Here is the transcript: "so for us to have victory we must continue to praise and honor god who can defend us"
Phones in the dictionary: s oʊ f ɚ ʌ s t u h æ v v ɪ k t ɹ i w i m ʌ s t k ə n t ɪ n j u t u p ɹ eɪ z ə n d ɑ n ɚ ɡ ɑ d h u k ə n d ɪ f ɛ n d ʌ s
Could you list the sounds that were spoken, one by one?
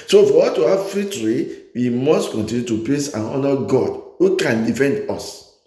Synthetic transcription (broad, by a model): s oʊ f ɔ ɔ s t u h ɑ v f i t ɹ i w i m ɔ s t k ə n t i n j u t u p l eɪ s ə n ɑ n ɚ ɡ ɑ d h u k ə n d ɪ f ɛ n d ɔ s